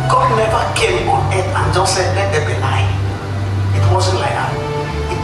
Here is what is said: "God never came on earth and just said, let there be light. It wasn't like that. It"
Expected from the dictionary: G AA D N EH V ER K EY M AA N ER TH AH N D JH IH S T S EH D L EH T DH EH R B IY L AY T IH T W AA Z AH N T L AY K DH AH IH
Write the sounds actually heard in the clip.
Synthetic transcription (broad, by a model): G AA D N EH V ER K EY M AA N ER T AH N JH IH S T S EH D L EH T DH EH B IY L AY IH T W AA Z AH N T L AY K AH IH